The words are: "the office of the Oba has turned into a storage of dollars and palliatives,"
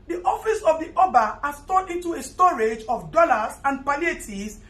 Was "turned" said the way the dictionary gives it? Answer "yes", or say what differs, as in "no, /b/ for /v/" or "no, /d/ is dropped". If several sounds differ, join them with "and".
no, /n/ is dropped